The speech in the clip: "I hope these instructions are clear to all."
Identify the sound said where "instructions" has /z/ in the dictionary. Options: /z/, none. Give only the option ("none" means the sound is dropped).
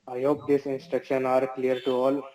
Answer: none